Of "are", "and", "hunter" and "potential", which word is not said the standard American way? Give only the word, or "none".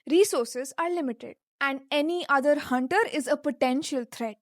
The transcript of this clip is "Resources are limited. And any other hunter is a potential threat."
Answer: none